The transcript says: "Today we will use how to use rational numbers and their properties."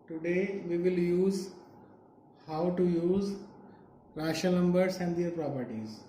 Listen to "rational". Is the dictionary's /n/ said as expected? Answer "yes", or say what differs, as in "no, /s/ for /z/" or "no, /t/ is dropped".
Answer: no, /n/ is dropped